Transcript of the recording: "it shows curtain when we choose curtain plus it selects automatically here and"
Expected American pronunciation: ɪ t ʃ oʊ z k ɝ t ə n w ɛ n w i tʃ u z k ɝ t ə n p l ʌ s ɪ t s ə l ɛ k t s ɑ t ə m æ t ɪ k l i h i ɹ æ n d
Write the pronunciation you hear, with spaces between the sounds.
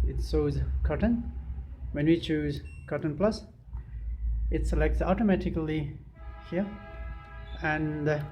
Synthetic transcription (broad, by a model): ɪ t s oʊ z k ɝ t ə n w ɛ n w i tʃ u z k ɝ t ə n p l ʌ s ɪ t s ə l ɛ k t s ɑ t ə m æ t ɪ k l i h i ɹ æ n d